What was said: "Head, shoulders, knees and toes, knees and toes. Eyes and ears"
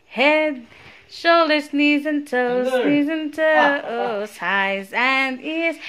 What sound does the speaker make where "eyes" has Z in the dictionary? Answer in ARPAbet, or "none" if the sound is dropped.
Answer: Z